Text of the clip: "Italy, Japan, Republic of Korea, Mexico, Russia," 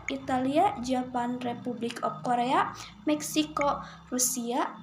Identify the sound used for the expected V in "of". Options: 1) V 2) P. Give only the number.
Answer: 2